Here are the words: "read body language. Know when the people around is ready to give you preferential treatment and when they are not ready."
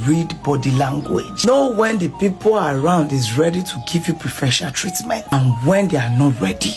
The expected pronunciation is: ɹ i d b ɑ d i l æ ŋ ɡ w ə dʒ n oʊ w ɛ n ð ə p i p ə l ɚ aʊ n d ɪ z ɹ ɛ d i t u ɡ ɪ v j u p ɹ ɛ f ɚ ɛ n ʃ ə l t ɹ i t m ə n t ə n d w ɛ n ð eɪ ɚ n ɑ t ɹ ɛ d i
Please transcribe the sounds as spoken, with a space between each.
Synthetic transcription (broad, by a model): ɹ i d b ɑ d i l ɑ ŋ ɡ w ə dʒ n oʊ w ɛ n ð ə p i p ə l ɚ aʊ n d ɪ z ɹ ɛ d i t u ɡ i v j u p ɹ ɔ f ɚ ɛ ʃ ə n t ɹ i t m ə n t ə n w ɛ n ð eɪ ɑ n ɑ t ɹ ɛ d i